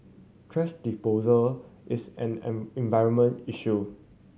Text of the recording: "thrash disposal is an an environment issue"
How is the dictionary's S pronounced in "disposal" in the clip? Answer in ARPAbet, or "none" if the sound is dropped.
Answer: none